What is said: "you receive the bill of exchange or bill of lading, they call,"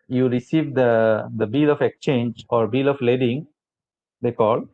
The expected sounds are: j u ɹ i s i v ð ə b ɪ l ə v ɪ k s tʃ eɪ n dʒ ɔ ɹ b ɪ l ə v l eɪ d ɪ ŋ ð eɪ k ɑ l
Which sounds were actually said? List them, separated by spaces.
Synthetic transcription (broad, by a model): j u ɹ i s i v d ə b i l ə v ɪ k s tʃ eɪ n dʒ ɔ ɹ b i l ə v l eɪ d ɪ ŋ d eɪ k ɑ l